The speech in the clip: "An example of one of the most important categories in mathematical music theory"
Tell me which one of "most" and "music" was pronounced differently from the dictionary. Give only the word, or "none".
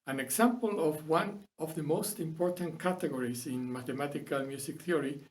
music